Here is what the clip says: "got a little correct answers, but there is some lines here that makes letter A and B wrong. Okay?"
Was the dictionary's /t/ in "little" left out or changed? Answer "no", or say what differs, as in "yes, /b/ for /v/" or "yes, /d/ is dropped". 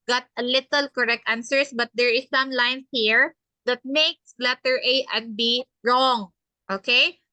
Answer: no